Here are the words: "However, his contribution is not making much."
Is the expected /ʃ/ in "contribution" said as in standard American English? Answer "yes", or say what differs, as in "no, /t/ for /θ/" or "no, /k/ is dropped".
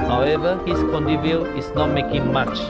no, /ʃ/ is dropped